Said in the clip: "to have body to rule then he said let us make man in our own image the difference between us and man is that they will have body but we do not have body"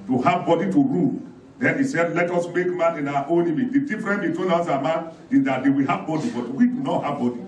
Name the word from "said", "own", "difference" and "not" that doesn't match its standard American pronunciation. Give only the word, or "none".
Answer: difference